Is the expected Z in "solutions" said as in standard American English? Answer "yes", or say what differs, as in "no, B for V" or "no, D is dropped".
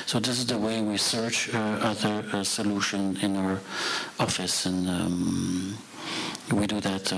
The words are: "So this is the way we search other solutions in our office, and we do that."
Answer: no, Z is dropped